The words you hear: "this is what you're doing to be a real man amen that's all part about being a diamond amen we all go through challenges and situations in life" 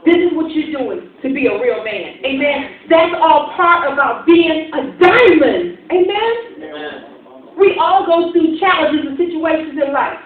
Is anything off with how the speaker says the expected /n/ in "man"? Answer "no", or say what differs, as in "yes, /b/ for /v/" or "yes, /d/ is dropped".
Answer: no